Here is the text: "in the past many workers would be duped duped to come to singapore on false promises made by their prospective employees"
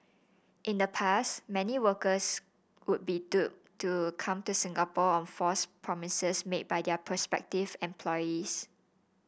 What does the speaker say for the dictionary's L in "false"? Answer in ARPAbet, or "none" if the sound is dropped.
none